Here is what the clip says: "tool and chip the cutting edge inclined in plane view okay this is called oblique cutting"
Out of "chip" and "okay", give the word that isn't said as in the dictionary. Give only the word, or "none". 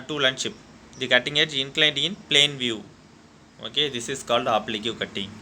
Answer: chip